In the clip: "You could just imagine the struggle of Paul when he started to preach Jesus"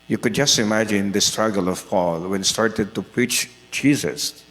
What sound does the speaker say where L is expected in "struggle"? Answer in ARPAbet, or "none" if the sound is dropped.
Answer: L